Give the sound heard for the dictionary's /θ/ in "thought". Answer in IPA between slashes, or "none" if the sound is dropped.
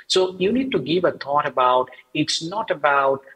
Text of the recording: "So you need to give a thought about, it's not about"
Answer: /t/